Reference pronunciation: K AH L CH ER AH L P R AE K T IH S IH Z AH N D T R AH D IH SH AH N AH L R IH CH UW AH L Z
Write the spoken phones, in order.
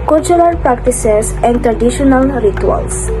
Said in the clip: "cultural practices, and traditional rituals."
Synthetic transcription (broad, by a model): K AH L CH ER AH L P R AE K T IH S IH S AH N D T R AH D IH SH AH N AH L R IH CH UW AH L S